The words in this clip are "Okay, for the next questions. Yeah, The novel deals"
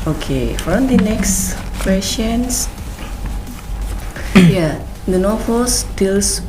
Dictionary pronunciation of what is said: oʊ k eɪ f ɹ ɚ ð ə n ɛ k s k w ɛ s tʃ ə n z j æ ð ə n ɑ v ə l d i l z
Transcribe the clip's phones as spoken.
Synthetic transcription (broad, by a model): oʊ k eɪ f ɹ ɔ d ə n ɛ k s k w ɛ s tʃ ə n s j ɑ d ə n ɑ f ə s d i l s